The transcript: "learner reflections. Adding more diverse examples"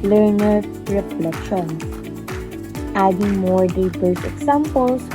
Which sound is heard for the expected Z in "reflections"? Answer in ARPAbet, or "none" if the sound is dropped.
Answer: none